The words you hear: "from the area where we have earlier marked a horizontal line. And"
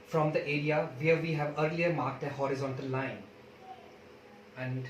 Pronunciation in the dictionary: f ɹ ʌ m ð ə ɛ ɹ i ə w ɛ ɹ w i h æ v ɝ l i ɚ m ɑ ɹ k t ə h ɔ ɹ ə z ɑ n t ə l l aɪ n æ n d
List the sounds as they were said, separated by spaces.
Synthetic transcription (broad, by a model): f ɹ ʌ m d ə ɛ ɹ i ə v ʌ ɹ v i h æ v ɝ l i ɚ m ɑ ɹ k t ə h ɔ ɹ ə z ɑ n t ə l l aɪ n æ n d